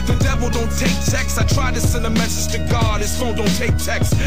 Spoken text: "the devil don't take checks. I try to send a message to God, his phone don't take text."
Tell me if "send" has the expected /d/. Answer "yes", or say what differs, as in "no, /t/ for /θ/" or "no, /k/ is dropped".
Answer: no, /d/ is dropped